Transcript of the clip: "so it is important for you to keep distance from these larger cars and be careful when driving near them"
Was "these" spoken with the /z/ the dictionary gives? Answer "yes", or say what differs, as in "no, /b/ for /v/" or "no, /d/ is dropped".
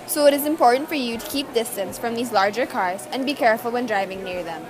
yes